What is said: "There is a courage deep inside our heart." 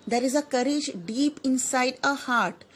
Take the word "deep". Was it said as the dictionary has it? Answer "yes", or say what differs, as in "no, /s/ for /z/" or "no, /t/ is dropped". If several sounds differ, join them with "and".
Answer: yes